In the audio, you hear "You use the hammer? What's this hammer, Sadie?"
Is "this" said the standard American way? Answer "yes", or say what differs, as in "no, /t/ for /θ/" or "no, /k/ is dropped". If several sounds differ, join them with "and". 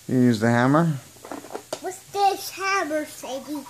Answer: no, /ʃ/ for /s/